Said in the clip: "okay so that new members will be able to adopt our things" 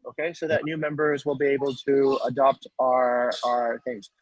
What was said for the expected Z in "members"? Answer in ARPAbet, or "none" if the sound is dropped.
Z